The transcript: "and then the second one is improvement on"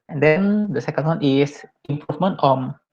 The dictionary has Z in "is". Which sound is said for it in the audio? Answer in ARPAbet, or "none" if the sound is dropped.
S